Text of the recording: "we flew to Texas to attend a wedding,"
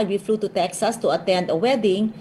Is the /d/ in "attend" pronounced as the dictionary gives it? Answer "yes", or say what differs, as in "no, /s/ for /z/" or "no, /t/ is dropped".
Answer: yes